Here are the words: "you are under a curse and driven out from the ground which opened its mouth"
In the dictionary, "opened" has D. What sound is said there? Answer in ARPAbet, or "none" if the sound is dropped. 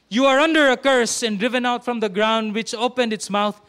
D